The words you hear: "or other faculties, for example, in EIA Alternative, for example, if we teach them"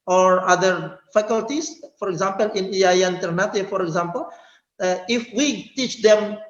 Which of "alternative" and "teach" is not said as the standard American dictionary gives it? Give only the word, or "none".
alternative